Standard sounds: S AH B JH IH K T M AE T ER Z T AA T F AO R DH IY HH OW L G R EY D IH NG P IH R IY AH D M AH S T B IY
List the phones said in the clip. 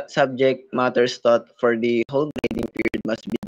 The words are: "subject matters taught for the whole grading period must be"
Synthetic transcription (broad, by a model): S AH B JH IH K T M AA T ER S T AA T F AO R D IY HH OW L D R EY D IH NG P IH R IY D M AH S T B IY